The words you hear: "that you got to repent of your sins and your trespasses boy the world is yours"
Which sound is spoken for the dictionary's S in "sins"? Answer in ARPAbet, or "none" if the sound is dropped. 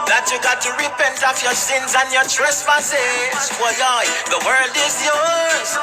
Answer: S